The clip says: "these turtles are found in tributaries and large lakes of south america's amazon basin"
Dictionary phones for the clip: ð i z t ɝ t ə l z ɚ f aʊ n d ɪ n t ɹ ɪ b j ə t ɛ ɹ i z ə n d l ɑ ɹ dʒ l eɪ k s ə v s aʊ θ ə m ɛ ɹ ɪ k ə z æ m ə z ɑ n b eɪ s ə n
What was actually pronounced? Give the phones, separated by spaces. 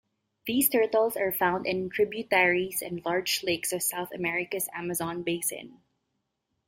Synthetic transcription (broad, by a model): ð i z t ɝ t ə l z ɚ f aʊ n d ɪ n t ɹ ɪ b j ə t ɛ ɹ i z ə n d l ɑ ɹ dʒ l eɪ k s ə v s aʊ θ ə m ɛ ɹ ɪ k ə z æ m ə z ɑ n b eɪ s ə n